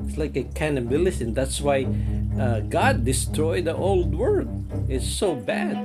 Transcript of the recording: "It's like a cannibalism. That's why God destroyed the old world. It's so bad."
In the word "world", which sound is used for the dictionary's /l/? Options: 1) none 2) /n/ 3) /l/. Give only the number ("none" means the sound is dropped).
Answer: 1